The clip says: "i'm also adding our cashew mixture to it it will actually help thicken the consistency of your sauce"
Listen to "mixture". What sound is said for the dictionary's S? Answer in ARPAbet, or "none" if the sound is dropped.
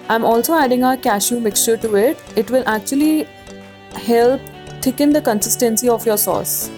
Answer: S